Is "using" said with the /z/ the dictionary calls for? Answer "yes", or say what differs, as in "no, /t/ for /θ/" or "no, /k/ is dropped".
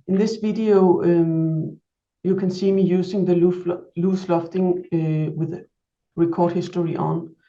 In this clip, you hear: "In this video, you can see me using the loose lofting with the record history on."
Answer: no, /s/ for /z/